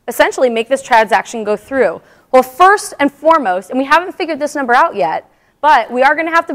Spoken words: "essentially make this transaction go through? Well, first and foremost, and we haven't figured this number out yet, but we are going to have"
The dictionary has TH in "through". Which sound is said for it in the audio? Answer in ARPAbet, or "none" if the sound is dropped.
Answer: TH